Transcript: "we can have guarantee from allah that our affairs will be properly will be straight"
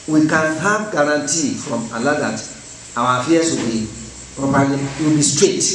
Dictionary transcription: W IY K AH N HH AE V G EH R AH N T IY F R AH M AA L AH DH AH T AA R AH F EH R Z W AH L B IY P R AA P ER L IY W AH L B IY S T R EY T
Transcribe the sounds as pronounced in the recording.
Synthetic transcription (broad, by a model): W IY K AH N HH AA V G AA R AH N T IY F R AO M AA L AH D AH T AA W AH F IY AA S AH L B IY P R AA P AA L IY W AH L B IY S T R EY T